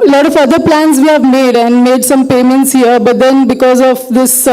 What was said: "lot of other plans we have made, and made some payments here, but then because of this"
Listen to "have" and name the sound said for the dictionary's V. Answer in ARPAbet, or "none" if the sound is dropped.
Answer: V